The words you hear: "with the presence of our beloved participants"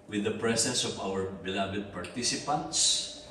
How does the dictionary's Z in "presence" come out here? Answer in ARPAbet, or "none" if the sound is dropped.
S